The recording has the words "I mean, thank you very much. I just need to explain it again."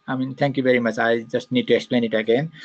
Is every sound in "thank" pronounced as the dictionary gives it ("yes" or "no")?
no